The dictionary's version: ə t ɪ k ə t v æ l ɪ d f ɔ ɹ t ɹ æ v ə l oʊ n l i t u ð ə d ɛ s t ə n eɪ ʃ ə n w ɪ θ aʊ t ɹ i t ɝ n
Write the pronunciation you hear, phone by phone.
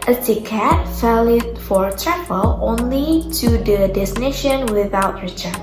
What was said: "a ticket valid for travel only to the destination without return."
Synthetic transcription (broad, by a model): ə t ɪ k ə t f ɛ l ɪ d f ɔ ɹ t ɹ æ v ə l oʊ n l i t u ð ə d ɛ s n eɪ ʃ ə n w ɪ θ aʊ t ɹ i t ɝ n